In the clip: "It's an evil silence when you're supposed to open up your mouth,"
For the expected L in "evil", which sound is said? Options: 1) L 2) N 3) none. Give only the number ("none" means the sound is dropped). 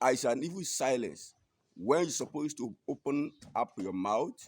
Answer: 2